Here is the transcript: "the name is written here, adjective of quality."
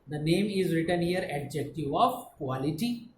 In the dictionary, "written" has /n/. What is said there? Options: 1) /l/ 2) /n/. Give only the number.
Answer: 2